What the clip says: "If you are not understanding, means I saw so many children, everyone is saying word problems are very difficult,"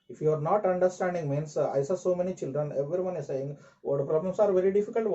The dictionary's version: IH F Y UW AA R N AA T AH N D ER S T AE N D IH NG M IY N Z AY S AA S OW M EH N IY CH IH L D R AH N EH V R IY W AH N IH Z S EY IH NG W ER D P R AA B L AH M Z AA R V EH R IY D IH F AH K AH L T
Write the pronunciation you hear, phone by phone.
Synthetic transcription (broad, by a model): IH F Y UW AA R N AA T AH N D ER S T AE N D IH NG M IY N S AY S AA S OW M EH N IY CH IH L D R AH N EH V R IY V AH N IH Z S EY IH NG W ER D P R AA B L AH M S AA R V EH R IY D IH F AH K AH L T